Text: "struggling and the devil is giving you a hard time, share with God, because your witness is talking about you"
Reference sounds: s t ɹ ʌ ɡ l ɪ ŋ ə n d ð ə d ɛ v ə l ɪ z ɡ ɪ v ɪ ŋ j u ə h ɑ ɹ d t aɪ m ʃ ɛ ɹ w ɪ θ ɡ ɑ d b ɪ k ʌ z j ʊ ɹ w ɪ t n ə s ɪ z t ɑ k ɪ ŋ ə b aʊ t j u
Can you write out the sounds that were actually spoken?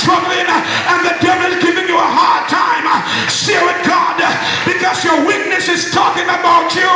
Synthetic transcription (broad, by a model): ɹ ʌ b l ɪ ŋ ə n ð ə d ɛ v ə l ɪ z ɡ ɪ v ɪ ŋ j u ə h ɑ ɹ d t aɪ m s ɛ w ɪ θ ɡ ɑ d b ɪ k ʌ z j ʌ ɹ w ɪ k n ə s ɪ z t ɑ k ɪ ŋ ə b aʊ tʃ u